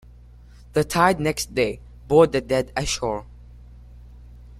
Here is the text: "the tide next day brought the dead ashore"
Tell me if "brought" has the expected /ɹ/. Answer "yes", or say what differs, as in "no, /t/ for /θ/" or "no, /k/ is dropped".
no, /ɹ/ is dropped